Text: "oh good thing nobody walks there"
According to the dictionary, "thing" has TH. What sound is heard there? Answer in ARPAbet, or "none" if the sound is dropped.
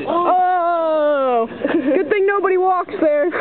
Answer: TH